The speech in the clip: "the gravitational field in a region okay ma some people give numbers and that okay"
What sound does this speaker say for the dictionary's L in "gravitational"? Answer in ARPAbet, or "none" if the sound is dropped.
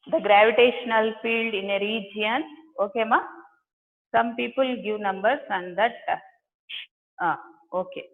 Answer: L